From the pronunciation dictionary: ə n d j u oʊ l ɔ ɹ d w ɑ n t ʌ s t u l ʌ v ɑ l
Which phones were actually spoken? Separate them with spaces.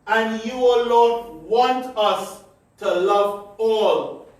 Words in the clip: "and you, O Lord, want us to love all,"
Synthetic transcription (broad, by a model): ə n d j u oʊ l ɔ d w ɑ n t ʌ s t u l ʌ v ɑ l